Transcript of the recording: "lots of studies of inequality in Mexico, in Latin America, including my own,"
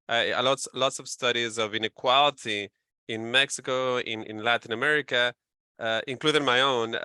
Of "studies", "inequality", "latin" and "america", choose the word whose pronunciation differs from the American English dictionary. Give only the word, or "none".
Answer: none